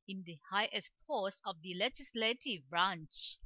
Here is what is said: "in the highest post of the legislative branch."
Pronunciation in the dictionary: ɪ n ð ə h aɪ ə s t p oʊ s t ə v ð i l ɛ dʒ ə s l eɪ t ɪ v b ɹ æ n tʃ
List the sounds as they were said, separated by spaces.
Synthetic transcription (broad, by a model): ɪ n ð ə h aɪ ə s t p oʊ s ə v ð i l ɛ dʒ ə s l eɪ t ɪ v b ɹ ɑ n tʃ